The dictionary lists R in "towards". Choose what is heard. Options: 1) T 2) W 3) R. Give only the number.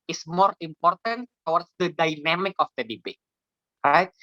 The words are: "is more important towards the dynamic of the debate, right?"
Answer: 2